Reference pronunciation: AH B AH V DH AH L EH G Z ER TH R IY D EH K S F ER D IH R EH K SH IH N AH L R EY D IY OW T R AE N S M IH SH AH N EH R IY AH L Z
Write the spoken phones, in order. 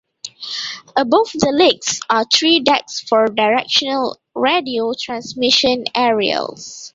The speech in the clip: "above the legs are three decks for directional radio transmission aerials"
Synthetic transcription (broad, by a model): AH B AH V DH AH L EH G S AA T R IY D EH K S F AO D IH R EH K SH IH N AH L R EY D IY OW T R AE N S M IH SH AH N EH R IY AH L S